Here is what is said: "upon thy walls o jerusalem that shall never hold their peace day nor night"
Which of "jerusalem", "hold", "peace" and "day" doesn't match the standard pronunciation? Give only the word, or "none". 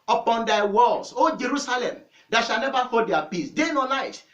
hold